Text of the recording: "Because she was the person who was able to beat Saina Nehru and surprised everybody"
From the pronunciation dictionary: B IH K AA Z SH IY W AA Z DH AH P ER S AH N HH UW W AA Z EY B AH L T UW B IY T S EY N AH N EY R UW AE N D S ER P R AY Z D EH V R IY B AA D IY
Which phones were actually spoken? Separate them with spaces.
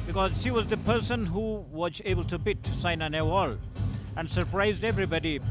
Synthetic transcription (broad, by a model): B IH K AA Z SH IY W AA Z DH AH P ER S AH N HH UW W AA Z EY B AH L T UW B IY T S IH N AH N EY W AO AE N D S ER P R AY Z D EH V R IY B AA D IY